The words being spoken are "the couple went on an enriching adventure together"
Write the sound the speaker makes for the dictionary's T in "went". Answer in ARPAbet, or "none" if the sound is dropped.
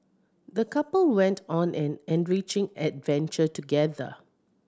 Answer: T